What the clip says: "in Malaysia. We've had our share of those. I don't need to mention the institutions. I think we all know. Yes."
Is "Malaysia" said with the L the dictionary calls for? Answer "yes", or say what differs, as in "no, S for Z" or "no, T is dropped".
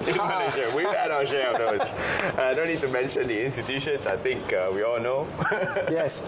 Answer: no, N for L